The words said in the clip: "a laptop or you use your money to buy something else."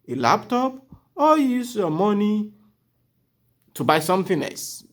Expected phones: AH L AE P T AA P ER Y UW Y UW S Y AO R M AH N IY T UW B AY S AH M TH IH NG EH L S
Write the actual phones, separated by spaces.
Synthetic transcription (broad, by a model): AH L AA P T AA P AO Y Y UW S Y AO M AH N IY T UW B AY S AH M F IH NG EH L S